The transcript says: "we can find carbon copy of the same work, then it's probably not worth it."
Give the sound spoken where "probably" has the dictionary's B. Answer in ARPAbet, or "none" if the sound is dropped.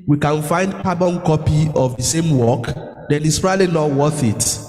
none